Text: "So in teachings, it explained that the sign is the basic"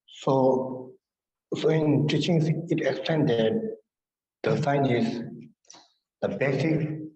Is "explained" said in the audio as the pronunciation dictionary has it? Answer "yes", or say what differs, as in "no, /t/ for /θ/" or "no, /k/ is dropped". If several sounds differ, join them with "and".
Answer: no, /l/ is dropped